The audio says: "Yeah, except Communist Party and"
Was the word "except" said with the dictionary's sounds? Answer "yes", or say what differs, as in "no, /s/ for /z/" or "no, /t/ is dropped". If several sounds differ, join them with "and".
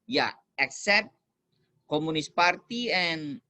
yes